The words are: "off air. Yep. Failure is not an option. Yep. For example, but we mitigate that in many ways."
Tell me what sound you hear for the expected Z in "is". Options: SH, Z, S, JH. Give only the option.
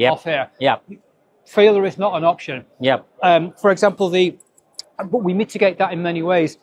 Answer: Z